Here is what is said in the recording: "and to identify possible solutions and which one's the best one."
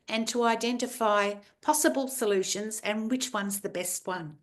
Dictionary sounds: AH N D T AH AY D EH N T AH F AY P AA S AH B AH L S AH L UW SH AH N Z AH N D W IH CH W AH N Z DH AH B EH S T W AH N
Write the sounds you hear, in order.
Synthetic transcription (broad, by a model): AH N T AH AY D EH N T AH F AY P AA S AH B AH L S AH L UW SH AH N Z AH N W IH CH W AH N Z DH AH B EH S T W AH N